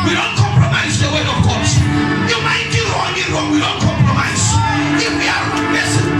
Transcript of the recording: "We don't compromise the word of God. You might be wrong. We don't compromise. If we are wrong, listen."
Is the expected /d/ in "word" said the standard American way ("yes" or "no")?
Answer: no